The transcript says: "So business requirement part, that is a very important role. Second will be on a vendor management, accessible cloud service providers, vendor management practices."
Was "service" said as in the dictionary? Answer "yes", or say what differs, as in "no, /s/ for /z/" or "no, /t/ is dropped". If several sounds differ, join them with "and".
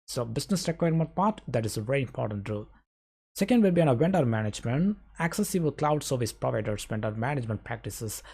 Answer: yes